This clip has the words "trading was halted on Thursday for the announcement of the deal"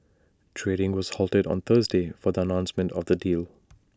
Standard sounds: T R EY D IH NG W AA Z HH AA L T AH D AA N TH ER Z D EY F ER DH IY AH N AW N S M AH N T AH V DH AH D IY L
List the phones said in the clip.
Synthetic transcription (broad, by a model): T R EY D IH NG W AA Z HH AA L T AH D AA N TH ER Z D EY F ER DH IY AH N AW N S M AH N T AH V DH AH D IY L